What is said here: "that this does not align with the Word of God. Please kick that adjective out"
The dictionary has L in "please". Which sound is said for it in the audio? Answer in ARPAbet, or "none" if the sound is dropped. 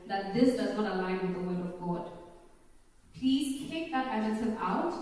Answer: L